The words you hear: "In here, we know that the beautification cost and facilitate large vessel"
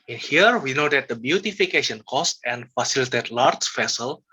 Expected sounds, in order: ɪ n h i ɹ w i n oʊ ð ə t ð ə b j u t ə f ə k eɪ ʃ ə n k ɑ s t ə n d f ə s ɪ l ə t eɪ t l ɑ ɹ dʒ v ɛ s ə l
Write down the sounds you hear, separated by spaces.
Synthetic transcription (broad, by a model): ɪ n h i ɹ w i n oʊ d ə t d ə b j u t ə f ə k eɪ ʃ ə n k ɑ s t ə n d f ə s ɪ l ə t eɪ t l ɑ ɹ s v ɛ s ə l